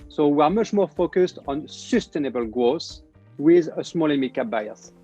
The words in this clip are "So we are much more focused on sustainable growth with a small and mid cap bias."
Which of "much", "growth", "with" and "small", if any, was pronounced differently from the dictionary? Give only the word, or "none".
growth